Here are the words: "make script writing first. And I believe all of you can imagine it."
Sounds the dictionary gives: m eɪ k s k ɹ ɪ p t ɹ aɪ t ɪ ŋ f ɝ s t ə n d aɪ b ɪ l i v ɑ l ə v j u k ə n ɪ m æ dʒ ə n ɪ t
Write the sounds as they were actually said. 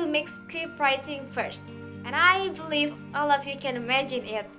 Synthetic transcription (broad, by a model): m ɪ k s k ɪ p ɹ aɪ t ɪ ŋ f ɝ s t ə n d aɪ b ɪ l i v ɑ l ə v j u k ə n ɪ m æ dʒ ə n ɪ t